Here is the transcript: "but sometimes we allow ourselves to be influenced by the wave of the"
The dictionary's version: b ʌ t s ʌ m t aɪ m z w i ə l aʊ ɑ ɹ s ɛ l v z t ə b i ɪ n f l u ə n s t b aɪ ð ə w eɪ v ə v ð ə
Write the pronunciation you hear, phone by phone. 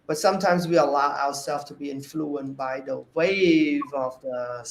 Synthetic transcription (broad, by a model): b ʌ t s ʌ m t aɪ m z w i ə l aʊ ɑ ɹ s ɛ l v t ə b i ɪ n f l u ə n b aɪ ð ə w eɪ v ə v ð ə